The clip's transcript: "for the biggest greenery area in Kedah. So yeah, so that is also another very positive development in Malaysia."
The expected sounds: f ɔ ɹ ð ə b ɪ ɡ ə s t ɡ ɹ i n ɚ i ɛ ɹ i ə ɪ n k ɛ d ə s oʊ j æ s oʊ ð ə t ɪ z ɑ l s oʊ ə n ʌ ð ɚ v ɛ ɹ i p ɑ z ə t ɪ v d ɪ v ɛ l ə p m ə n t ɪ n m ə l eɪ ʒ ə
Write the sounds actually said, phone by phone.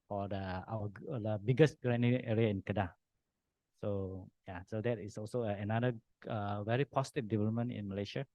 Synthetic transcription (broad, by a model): f ɔ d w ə b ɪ ɡ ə s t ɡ ɹ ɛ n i ɛ ɹ i ə ɪ n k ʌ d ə s oʊ j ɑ s oʊ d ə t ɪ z ɑ l s oʊ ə n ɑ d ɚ v ɛ ɹ i p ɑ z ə t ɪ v d ɪ v ɛ l ə p m ə n t ɪ n m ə l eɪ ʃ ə